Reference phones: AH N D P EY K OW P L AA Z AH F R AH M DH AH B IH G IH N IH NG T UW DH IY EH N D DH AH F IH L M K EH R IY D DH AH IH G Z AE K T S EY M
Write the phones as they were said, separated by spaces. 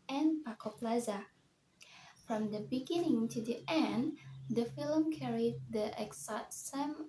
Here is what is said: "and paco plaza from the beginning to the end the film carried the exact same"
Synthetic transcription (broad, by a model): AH N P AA K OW P L AA Z AH F R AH M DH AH B IH G IH N IH NG T UW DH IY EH N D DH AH F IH L M K EH R IY D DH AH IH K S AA T S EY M